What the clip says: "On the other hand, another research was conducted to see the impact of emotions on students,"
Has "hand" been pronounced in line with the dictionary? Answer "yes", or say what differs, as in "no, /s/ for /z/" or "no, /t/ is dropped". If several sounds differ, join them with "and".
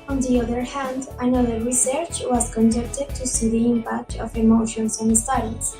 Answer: yes